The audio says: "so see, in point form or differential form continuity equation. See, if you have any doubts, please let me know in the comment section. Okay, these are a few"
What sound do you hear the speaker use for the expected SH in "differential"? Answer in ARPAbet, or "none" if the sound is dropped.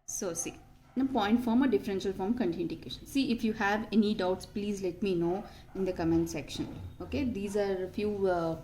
SH